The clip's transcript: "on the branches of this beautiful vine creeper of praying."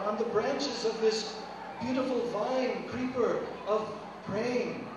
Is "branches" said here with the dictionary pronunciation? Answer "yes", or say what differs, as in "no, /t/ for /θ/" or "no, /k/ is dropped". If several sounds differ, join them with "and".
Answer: yes